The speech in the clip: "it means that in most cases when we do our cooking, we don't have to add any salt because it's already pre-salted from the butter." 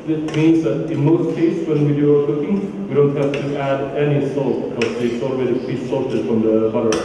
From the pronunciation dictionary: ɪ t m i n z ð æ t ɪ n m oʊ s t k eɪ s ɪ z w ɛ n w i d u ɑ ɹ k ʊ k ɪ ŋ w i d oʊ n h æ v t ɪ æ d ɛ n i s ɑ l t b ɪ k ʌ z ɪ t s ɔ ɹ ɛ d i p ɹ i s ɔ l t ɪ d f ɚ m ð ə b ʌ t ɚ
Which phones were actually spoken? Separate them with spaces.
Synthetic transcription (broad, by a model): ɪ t m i n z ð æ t ɪ n m oʊ s t k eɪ ɪ s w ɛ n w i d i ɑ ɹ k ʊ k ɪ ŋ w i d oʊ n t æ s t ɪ æ d ɛ n i s ɑ l t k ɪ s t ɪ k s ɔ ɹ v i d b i s ɔ l t ɪ d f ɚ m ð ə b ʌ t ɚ